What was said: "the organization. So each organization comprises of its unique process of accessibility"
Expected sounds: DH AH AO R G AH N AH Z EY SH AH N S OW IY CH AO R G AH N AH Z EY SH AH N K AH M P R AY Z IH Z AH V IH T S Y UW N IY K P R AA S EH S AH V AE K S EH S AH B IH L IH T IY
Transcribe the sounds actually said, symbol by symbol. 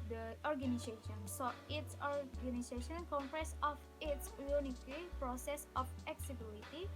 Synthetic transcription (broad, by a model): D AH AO R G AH N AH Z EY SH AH N S OW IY S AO R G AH N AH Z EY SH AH N K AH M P R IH S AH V IH T S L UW N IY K P R AA S EH S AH F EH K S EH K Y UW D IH T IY